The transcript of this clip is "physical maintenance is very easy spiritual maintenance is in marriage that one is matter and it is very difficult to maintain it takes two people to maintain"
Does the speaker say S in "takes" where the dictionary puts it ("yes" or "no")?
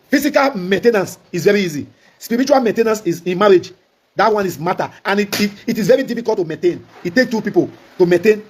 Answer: no